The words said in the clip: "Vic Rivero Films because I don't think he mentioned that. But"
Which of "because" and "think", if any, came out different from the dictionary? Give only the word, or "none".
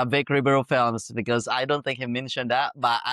none